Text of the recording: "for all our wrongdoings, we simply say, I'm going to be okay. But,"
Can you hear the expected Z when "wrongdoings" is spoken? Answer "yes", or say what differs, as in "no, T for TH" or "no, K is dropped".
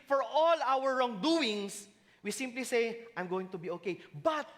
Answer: no, S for Z